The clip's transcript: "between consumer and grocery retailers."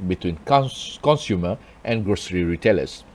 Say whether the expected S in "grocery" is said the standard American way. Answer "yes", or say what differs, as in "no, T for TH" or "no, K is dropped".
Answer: yes